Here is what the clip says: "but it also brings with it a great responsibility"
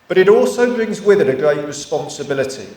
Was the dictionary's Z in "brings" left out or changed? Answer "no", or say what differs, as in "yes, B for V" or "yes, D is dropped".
no